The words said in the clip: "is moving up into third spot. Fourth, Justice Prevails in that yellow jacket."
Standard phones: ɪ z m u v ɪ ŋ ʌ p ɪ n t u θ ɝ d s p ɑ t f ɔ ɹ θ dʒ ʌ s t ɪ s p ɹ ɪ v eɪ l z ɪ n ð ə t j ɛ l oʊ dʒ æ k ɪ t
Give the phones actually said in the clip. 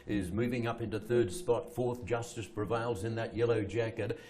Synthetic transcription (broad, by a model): ɪ z m u v ɪ ŋ ʌ p ɪ n t u θ ɝ d s p ɑ t f ɔ ɹ θ dʒ ʌ s t ɪ s p ɹ ɪ v eɪ l z ɪ n ð ə t j ɛ l oʊ dʒ æ k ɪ t